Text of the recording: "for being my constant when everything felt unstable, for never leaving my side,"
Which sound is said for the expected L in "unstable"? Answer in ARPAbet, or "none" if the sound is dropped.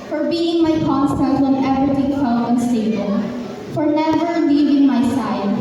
N